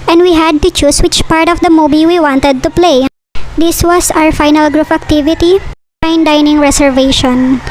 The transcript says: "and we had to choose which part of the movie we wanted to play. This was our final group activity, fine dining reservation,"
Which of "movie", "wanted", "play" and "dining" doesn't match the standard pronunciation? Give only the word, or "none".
movie